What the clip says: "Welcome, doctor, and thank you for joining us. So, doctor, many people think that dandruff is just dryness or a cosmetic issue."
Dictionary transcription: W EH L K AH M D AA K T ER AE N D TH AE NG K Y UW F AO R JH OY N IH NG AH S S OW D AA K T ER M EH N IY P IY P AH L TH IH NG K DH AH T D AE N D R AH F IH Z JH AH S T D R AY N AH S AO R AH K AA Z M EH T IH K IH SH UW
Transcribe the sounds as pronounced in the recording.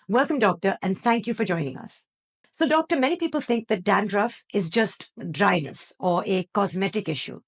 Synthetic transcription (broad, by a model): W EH L K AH M D AA K T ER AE N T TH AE NG K Y UW F AO R JH OY N IH NG AH S S OW D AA K T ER M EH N IY P IY P AH L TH IH NG K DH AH T D AE N D R AH F IH Z JH AH S T D R AY N AH S AO R AH K AA Z M EH T IH K IH SH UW